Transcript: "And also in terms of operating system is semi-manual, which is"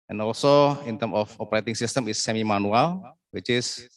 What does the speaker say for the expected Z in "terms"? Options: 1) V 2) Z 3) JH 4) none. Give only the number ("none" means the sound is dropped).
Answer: 4